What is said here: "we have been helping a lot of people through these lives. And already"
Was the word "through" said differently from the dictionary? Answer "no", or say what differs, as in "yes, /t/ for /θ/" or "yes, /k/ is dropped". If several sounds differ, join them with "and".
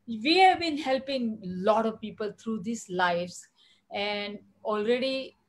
yes, /t/ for /θ/